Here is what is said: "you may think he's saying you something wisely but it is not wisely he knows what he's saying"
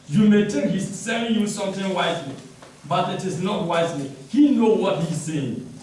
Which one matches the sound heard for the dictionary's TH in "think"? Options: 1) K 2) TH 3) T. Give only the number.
3